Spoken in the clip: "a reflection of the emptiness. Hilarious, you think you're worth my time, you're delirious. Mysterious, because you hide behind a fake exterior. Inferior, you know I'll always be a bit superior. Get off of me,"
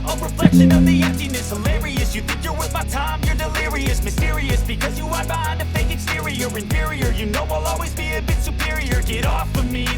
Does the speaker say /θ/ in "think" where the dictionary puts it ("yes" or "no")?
yes